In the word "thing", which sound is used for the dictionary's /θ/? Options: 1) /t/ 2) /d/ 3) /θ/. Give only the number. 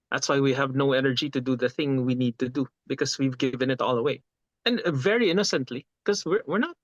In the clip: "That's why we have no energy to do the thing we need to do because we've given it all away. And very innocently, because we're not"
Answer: 3